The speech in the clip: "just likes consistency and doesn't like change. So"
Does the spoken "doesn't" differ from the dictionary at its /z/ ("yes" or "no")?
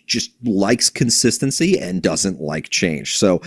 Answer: no